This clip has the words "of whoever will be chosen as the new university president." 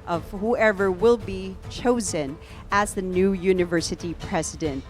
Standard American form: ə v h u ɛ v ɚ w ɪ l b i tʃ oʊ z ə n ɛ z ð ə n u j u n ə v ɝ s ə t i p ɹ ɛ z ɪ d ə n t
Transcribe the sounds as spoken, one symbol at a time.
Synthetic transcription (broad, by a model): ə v h u ɛ v ɚ w ɪ l b i tʃ oʊ z ə n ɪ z ð ə n u j u n ə v ɝ s ə t i p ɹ ɛ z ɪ d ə n t